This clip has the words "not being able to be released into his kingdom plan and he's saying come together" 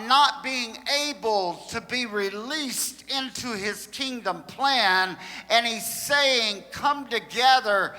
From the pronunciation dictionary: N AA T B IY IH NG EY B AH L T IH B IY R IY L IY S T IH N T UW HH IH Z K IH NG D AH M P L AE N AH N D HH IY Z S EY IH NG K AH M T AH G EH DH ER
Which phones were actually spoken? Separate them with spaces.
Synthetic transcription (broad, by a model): N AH T B IY IH NG EY B AH L T IH B IY R IY L IY S T IH N T UW IH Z K IH NG D AH M P L AE N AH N IY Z S EY IH NG K AH M T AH G EH DH ER